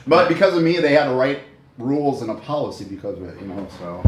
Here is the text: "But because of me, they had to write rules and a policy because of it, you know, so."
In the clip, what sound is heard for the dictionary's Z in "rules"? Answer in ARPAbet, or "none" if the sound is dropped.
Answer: Z